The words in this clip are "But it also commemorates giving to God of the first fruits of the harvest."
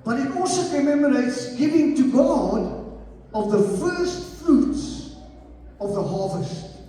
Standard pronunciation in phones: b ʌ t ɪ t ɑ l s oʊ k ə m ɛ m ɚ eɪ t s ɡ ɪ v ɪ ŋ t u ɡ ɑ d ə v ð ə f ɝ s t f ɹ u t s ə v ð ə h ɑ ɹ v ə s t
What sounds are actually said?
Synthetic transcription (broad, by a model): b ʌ t ɪ t ɑ l s oʊ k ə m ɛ m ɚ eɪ t s ɡ ɪ v ɪ ŋ t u ɡ ɑ d ə v ð ə f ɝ s t f ɹ u t s ə v ð ə h ɑ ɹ v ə s t